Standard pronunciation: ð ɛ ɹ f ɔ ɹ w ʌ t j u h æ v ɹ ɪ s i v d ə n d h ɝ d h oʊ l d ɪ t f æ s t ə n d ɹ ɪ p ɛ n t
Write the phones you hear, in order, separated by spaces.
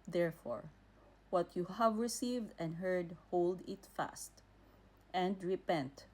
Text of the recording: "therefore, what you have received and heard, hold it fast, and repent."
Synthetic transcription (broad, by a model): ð ɛ ɹ f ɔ ɹ w ʌ t j u h æ v ɹ ɪ s i v d ə n d h ɝ d h oʊ l d ɪ t f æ s t ə n d ɹ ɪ p ɛ n t